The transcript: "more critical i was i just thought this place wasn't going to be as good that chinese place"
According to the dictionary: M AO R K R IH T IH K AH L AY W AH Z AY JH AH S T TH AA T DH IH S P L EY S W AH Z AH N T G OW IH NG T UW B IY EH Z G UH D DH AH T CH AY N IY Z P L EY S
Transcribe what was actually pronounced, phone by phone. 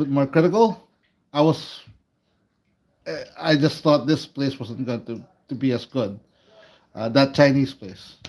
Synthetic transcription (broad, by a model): M AO R K R IH T IH K AH L AY W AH S AY JH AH S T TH AA T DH IH S P L EY S W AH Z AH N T G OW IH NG T UW B IY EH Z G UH D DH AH T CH AY N IY S P L EY S